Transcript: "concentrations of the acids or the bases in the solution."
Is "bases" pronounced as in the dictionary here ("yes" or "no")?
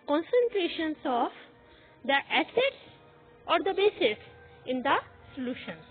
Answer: no